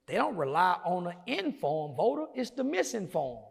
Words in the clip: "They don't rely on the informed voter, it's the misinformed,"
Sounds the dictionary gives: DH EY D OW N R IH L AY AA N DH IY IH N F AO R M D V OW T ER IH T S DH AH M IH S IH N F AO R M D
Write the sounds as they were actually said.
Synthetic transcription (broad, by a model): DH EY D OW N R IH L AY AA N DH IY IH N F AO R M V OW T ER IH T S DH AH M IH S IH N F AO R M